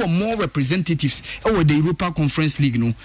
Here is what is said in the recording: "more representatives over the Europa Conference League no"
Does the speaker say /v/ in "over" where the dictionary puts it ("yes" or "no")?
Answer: no